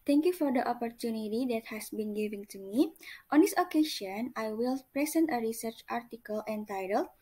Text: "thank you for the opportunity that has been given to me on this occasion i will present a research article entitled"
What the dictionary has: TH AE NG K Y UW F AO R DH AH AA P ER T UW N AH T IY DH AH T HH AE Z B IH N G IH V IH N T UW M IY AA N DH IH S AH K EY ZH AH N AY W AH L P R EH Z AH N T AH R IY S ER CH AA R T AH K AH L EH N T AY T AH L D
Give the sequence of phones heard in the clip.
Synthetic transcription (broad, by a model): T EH NG K Y UW F AO R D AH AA P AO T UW N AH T IY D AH T HH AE S B IH N G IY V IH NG T UW M IY AA N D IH S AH K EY SH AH N AY W AH L P R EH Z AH N T AH R IY S ER CH AA R T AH K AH L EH N T AY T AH L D